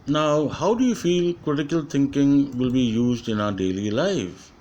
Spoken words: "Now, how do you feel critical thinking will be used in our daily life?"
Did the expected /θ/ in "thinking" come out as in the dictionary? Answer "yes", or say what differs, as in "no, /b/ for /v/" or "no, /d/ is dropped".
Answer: no, /t/ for /θ/